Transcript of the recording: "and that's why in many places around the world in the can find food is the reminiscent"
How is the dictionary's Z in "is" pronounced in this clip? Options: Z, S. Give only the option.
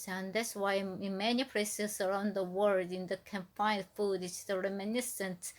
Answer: S